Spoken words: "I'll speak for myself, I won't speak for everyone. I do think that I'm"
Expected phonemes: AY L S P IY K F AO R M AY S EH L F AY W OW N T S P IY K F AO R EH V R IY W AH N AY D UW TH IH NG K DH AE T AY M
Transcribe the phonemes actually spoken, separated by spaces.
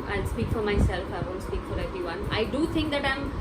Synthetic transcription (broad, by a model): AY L S P IY K F AO R M AY S EH L F AY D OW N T S P IY K F AO R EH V R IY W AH N AY D UW T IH NG K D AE T AY M